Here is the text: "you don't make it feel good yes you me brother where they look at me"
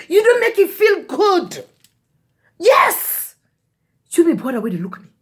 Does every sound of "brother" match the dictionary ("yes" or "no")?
no